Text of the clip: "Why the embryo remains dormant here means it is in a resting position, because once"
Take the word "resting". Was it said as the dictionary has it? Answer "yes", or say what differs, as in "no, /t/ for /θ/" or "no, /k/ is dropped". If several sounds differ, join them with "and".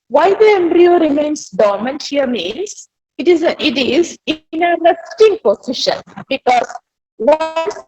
no, /l/ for /ɹ/